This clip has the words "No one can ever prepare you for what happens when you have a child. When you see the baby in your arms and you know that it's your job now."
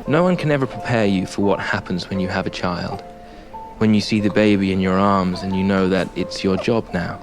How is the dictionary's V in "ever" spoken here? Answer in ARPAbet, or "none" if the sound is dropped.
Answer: V